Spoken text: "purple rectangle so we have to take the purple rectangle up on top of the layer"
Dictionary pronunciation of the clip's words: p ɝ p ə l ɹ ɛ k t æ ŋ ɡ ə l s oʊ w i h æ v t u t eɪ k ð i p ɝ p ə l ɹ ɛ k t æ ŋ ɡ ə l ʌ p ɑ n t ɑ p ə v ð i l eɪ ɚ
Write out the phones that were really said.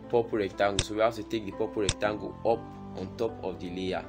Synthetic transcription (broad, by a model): p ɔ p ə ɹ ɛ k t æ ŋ ɡ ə s oʊ w i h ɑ t u t eɪ k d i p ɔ p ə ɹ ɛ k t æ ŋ ɡ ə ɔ p ɑ n t ɑ p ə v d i l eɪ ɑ